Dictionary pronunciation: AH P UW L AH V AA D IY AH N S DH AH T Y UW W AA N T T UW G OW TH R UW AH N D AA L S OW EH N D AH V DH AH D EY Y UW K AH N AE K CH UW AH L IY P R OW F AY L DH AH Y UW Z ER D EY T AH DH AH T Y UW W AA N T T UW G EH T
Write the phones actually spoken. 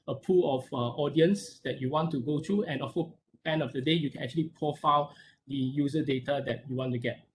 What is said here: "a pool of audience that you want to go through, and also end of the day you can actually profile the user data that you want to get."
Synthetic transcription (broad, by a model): AH P UW L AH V AA D IY AH N S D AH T Y UW W AA N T T UW G OW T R UW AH N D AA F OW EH N AH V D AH D EY Y UW K AH N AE K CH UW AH L IY P R OW F AY L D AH Y UW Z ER D EY T AH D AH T Y UW W AA N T T UW G EH T